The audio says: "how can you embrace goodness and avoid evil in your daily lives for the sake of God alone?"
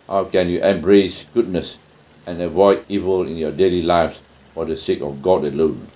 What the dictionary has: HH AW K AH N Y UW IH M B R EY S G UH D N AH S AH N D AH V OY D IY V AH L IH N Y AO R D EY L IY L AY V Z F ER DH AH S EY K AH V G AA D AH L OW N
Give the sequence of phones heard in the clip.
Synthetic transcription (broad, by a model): HH AW K AH N Y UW IH M B R EY S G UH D N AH S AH N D AH V OY D IY V AH L IH N Y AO D EY L IY L AY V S F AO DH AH S EY K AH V G AA D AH L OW N